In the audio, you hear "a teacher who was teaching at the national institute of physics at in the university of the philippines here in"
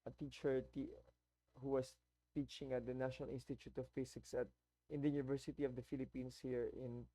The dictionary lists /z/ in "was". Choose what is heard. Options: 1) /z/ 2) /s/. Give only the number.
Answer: 2